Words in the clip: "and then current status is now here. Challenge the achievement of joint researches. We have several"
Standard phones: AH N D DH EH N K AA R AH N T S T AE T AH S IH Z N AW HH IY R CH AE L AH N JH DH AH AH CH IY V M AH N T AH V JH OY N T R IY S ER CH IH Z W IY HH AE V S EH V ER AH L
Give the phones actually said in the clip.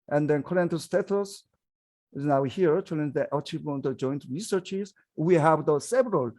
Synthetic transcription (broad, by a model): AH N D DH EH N K AA R AH N T S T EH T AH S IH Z N AW HH IY R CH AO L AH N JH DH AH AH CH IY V AH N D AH JH OY N T R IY S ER CH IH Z W IY HH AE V S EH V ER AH L